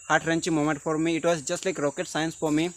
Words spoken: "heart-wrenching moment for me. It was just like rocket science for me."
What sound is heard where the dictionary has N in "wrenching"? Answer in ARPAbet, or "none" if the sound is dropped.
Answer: N